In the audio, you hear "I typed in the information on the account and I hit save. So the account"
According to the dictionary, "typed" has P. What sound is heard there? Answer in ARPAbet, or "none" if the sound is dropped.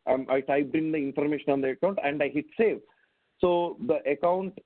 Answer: B